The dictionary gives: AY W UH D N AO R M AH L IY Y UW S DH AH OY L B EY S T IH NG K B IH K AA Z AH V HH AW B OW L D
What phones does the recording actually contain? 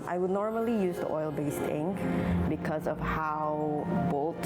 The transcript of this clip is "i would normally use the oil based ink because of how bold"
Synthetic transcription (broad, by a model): AY W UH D N AO R M AH L IY Y UW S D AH OY L B EY S T IH NG K B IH K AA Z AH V HH AW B OW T